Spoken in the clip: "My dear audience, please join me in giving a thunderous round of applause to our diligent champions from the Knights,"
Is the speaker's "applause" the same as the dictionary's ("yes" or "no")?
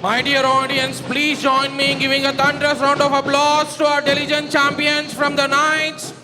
no